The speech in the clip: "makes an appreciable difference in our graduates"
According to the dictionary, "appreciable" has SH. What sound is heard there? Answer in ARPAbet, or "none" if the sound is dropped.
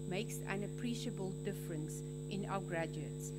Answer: SH